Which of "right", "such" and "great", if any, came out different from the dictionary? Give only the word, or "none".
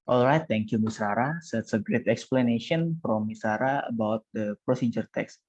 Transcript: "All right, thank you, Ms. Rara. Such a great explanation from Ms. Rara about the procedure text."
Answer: such